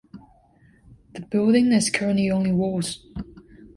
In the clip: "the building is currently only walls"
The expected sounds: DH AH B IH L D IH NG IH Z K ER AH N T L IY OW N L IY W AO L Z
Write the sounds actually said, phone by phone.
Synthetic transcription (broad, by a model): DH AH B IH L D IH NG IH Z K ER AH N T L IY OW N L IY W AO Z